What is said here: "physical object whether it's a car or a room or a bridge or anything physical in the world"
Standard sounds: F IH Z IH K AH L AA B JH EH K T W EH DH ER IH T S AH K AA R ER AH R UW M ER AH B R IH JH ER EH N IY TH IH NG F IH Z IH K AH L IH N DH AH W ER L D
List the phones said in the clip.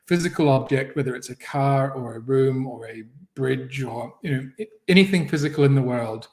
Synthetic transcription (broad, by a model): F IH Z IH K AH L AA B JH EH K T W EH DH ER IH T S AH K AA R ER AH R UW M ER AH B R IH JH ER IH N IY TH IH NG F IH Z IH K AH L IH N DH AH W ER L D